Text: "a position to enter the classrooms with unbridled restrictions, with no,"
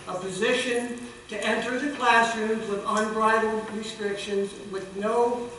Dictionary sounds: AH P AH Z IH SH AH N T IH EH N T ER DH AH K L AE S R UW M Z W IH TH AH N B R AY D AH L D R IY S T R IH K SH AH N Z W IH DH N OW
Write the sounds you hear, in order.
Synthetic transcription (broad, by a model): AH P AH Z IH SH AH N T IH EH N T ER DH AH K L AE S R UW Z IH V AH N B R AY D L D R IY S T R IH K SH AH N Z W IH DH N OW